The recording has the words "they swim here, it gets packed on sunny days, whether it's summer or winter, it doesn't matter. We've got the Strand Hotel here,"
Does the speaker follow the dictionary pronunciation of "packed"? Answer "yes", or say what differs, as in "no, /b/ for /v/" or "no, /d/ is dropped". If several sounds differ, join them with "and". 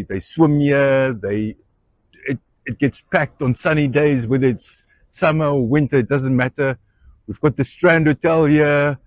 yes